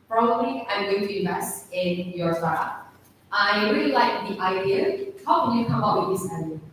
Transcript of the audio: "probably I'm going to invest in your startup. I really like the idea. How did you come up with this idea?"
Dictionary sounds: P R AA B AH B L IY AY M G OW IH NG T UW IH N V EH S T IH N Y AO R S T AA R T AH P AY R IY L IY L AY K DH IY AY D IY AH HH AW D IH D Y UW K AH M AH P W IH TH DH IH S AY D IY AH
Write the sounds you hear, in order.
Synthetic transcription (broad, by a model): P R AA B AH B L IY AY M G OW IH NG T UW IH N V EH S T IH N Y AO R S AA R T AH AY R IY L IY L AY K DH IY AY D IY AH HH AW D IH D Y UW K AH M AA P W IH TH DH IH S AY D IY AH